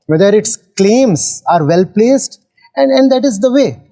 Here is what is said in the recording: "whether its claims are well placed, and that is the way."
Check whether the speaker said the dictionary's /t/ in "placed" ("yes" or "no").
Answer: yes